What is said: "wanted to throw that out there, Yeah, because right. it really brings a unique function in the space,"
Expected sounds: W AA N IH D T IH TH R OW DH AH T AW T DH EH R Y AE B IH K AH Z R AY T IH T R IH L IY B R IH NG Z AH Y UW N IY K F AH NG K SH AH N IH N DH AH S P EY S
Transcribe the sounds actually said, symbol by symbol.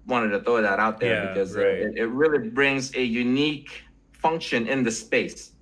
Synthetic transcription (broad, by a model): W AA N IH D T IH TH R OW DH AH T AW T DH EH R B IH K AH Z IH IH T IH T R IH L IY B R IH NG Z AH Y UW N IY K F AH NG K SH AH N IH N DH AH S P EY S